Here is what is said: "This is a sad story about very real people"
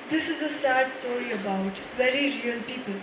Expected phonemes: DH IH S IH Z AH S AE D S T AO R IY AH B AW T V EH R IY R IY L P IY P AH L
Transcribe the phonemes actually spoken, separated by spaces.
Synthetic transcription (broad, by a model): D IH S IH Z AH S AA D S T AO R IY AH B AW T V EH R IY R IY N P IY P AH L